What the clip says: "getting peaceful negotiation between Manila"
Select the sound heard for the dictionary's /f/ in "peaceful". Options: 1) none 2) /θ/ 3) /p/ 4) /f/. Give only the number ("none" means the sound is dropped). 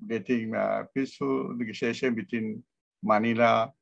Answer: 1